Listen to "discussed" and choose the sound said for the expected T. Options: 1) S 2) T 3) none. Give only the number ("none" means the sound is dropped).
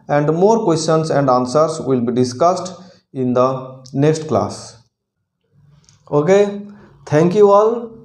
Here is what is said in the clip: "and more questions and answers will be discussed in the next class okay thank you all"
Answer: 2